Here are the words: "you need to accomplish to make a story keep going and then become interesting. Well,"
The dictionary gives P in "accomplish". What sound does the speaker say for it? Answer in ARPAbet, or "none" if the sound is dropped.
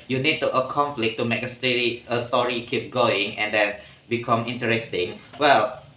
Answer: F